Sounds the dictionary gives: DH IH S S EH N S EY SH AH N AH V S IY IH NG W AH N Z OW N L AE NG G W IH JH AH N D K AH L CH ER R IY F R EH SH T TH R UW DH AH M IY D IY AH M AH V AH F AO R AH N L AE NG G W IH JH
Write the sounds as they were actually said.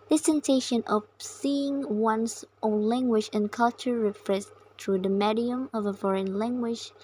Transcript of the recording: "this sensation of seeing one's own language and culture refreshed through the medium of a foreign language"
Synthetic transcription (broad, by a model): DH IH S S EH N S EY SH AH N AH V S IY IH NG W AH N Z OW N L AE NG G W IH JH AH N K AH L CH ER R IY F R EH S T R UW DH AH M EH D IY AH M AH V AH F AO R AH N L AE NG G W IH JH